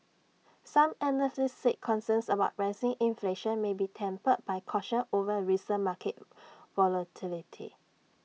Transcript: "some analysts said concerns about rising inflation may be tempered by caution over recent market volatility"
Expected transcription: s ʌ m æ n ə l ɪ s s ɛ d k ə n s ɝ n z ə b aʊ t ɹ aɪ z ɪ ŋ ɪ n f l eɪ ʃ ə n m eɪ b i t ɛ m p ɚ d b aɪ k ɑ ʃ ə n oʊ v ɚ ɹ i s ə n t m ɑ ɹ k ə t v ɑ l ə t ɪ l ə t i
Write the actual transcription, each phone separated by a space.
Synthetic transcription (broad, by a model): s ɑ m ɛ n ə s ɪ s s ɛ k k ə n s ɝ n s ə b aʊ t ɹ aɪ s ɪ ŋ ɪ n f l eɪ ʃ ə n m eɪ b i t ɛ m p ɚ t b aɪ k ɑ ʃ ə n oʊ v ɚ ɹ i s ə m ɑ k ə t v ɑ l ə t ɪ l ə t i